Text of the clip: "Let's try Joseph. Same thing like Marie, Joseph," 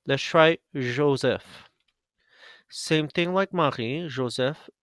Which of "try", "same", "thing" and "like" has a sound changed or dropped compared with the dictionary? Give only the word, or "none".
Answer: none